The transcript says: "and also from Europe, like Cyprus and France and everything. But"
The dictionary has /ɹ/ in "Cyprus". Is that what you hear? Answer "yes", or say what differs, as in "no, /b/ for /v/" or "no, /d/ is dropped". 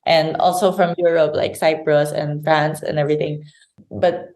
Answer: yes